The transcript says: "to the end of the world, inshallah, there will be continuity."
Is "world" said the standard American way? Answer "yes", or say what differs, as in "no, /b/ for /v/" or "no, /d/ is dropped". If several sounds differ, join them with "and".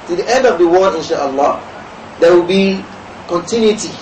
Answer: no, /l/ is dropped